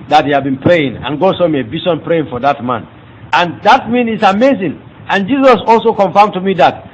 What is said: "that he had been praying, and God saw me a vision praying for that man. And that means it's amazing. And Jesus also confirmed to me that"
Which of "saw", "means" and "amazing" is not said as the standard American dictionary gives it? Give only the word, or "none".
means